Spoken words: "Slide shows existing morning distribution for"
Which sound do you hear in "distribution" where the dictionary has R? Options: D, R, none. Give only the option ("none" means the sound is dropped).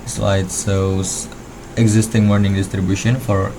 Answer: R